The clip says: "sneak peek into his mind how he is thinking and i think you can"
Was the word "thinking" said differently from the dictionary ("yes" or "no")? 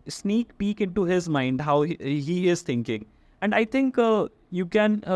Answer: yes